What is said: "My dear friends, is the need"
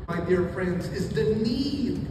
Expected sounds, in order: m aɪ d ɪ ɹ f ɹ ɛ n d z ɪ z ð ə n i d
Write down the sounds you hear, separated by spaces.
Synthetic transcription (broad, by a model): aɪ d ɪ ɹ f ɹ ɛ n d z ɪ z ð ə n i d